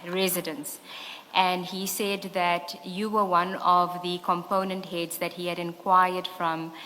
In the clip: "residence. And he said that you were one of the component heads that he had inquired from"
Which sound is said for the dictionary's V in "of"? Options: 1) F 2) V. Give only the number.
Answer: 2